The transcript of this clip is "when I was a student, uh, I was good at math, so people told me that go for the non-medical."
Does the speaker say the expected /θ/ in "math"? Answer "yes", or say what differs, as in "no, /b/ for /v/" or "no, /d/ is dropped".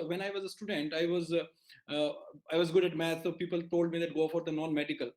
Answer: no, /t/ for /θ/